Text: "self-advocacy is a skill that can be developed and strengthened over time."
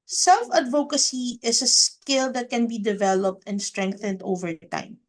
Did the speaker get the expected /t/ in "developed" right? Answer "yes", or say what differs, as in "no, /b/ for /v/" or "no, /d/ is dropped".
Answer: yes